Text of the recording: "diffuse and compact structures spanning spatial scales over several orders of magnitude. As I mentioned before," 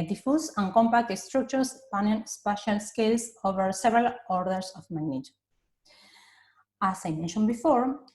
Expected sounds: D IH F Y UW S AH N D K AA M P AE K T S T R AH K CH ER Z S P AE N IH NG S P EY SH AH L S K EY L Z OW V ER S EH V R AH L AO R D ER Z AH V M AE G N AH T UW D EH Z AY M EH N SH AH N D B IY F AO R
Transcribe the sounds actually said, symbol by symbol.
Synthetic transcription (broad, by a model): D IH F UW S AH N K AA M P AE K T S T R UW K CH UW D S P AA N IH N S P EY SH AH L S K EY L S OW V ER S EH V R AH L AO R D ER S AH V M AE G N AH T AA S AY M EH N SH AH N B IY F AO R